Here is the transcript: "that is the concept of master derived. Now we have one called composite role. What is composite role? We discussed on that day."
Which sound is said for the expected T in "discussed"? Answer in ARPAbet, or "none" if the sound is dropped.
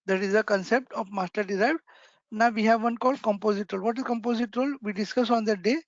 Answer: none